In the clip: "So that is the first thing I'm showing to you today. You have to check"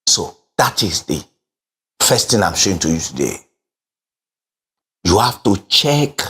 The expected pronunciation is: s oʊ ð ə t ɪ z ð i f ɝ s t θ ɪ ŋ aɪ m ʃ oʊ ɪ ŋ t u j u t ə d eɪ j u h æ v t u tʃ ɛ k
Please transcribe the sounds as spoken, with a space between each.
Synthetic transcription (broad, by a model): s oʊ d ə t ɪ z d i f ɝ s t t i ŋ aɪ m ʃ oʊ ɪ ŋ t u j u t ə d eɪ j u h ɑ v t u tʃ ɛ k